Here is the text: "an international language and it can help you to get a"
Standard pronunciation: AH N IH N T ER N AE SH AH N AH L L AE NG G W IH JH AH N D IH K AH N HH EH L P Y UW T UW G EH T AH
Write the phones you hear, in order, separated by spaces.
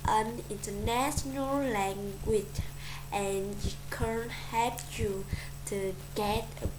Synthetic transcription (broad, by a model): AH N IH N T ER N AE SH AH N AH L L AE NG G W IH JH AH N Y IH K AH N HH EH P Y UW T UW G EH T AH